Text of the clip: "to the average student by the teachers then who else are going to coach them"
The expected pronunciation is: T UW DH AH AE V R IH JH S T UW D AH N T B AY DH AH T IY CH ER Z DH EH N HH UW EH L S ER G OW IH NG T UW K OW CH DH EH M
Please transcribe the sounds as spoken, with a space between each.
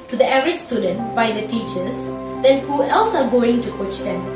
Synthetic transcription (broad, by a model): T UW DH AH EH R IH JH S T UW D AH N T B AY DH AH T IY CH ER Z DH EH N HH UW EH L S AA G OW IH NG T UW K OW CH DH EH M